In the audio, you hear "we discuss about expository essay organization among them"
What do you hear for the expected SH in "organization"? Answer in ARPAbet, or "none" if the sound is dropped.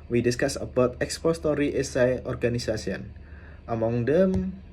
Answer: S